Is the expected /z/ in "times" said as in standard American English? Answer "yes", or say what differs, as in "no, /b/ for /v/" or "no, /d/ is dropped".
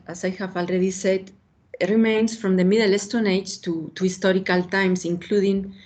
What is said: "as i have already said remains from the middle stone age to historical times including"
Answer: no, /s/ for /z/